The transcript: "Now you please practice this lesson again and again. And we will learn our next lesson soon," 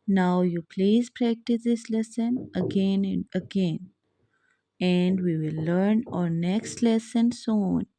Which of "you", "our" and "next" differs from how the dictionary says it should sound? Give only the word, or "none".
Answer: none